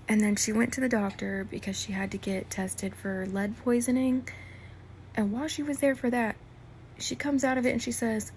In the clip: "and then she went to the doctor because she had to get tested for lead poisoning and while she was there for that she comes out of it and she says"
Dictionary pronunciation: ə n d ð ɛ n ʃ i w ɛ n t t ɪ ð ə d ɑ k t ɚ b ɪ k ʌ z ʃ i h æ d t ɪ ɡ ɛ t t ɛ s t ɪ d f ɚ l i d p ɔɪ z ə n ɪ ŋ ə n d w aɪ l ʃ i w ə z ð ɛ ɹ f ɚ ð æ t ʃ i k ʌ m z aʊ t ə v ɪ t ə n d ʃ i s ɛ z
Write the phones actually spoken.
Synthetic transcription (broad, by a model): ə n ð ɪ n ʃ i w ɛ n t t ɪ ð ə d ɑ k t ɚ b ɪ k ʌ z ʃ i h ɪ d t ɪ ɡ ɛ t t ɛ s t ɪ d f ɚ l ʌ d p ɔɪ z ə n ɪ ŋ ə n w aɪ l ʃ i w ə z ð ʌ ɹ f ɚ ð æ t ʃ i k ʌ m z aʊ t ə v ɪ t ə n ʃ i s ɛ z